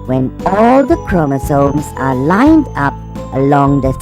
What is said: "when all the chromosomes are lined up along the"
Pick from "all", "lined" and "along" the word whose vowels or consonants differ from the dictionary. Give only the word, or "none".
none